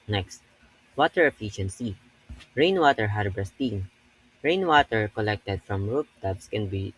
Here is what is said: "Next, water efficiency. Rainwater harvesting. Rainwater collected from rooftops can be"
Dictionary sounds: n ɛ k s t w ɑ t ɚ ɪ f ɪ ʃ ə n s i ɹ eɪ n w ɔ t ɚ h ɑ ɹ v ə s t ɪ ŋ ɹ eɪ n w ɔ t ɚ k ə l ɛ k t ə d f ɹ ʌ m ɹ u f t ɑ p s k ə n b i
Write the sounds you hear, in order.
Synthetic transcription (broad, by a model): n ɛ k s t w ɑ t ɚ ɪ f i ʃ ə n s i ɹ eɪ n w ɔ t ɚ h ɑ ɹ b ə s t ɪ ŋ ɹ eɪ n w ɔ t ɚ k ə l ɛ k t ə d f ɹ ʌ m ɹ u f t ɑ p s k ə n b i